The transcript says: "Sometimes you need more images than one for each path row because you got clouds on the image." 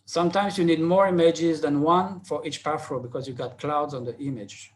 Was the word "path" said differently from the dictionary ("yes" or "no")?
yes